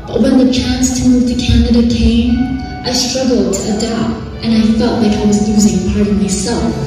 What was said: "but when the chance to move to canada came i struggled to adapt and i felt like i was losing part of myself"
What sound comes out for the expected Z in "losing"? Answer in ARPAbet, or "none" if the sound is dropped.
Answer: Z